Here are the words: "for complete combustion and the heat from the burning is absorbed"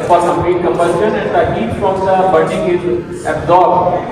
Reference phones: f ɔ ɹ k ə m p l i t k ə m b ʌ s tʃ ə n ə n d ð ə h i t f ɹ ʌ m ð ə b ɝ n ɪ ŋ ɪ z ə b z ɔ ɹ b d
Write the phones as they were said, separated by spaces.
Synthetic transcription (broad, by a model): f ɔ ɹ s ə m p i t k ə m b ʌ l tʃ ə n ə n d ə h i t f ɹ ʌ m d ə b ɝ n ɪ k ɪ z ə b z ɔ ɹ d